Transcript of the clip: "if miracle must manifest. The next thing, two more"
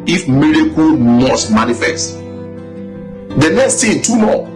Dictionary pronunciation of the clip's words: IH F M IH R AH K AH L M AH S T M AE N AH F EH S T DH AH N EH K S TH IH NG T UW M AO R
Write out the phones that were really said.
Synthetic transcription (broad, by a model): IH F M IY R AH K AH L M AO S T M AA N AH F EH S T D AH N EH K S T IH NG T UW M AO